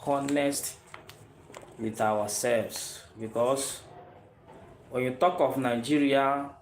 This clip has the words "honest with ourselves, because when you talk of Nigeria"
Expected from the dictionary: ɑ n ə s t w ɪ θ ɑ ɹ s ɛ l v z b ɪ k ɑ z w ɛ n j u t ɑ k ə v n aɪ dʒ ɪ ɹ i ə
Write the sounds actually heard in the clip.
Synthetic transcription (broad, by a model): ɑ n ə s t w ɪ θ ɑ w s ɛ l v s b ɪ k ɑ s w ɛ n j u t ɑ k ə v n aɪ dʒ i ɹ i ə